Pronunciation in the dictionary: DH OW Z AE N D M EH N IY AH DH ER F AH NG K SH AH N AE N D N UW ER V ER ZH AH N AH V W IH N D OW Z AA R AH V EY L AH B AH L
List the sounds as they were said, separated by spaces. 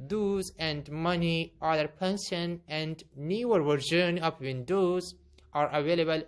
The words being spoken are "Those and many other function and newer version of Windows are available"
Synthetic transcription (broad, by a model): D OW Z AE N D M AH N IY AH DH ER P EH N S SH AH N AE N D N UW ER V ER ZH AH N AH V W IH N D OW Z AA R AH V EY L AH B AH L